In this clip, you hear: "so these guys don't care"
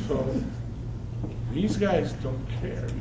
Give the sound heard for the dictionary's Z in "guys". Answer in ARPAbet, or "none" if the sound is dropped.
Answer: Z